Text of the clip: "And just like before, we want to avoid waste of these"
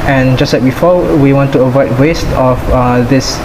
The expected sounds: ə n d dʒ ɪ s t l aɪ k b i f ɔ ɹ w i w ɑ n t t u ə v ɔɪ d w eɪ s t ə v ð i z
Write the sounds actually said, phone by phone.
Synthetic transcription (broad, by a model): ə n dʒ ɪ s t l aɪ k b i f ɔ w i w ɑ n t t u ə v ɔɪ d w eɪ s t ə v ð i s